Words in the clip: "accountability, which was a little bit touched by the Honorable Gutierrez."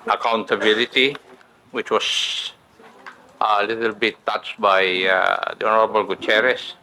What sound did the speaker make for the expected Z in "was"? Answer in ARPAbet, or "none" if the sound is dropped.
S